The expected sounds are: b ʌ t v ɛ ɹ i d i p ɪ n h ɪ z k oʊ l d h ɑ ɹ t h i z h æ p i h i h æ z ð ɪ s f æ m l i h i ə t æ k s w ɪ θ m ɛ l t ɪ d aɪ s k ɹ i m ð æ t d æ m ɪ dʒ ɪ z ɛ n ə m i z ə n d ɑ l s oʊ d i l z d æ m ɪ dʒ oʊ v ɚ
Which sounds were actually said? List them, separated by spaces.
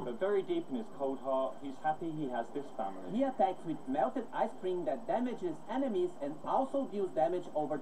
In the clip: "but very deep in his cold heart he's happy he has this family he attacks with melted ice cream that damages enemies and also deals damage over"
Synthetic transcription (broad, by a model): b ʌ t v ɛ ɹ i d i p ɪ n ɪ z k oʊ d h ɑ h i z h æ p i h i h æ z ð ɪ s f æ m l i h i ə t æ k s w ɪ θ m ɛ l t ɪ d aɪ s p ɹ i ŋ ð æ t d æ m ɪ dʒ ɪ z ɛ n ə m i z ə n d ɑ l s oʊ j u z d æ m ɪ dʒ oʊ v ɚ